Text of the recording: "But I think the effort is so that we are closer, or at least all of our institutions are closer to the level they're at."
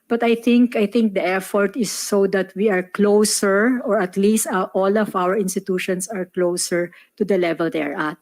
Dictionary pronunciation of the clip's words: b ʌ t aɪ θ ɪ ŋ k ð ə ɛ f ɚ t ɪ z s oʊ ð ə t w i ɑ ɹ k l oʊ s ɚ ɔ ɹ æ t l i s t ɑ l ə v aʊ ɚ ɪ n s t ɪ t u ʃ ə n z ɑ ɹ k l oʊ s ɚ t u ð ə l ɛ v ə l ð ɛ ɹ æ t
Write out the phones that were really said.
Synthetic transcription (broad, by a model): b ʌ t aɪ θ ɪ ŋ k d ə ɛ f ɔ t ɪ s oʊ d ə t w i ɑ ɹ k l oʊ s ɚ ɔ ɹ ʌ t l i s t ɑ l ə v aʊ ɚ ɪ n s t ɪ t u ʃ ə n s ɑ ɹ k l oʊ s ɚ t u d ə l ɛ v ə l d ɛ ɹ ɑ t